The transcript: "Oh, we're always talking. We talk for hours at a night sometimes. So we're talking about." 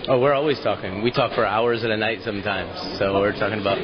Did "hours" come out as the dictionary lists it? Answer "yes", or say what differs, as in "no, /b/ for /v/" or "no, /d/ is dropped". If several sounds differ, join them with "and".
yes